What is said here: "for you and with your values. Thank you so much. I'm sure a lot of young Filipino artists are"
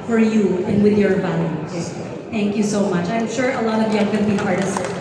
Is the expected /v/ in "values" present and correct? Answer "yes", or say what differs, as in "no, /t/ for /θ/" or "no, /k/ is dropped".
no, /b/ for /v/